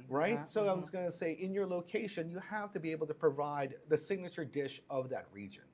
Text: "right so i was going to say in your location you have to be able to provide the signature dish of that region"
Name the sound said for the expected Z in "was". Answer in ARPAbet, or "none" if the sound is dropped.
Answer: Z